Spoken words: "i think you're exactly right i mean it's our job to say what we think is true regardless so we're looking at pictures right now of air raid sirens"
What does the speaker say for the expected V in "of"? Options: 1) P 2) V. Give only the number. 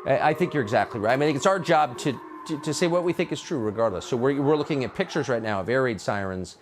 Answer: 2